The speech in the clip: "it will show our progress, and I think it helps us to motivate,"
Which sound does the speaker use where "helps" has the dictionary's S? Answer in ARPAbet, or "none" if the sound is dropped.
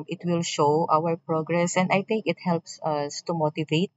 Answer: S